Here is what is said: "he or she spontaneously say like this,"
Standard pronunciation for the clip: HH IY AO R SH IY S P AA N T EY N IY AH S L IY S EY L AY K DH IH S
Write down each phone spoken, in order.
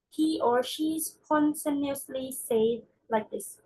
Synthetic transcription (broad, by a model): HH IY AO R SH IY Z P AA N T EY N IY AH S L IY S EY L AY K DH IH S